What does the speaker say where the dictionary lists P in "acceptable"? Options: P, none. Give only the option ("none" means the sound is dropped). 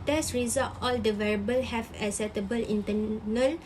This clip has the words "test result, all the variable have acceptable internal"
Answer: none